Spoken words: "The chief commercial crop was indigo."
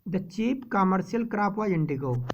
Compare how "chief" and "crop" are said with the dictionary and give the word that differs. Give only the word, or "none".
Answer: chief